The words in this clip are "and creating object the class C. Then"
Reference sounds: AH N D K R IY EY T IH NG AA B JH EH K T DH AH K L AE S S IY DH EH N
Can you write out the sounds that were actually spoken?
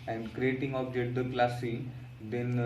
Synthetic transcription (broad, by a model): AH N D K R IY EY T IH NG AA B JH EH T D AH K L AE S S IY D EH N